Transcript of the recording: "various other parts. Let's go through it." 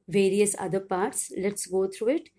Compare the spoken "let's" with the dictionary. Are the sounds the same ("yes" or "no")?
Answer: yes